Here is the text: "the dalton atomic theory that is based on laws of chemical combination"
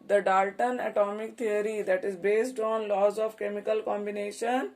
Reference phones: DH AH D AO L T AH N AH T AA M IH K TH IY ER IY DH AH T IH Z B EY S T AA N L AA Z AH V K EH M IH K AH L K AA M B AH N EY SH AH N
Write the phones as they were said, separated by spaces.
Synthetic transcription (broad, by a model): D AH D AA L T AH N AH T AA M IH K T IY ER IY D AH T IH Z B EY S T AA N L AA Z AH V K EH M IH K AH L K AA M B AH N EY SH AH N